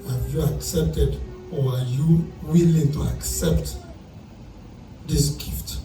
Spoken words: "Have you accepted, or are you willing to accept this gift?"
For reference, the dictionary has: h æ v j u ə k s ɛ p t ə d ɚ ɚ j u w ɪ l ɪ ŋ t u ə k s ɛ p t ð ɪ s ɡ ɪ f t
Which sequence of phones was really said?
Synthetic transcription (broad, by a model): h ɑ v j u ə k s ɛ p t ə d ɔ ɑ j u w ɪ l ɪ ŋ t u ə k s ɛ p t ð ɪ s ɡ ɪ f t